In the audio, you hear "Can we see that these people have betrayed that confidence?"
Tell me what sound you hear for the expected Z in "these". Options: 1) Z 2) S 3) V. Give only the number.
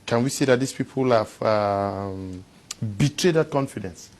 2